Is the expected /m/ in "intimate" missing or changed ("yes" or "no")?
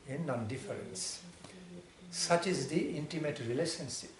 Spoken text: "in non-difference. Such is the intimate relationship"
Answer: no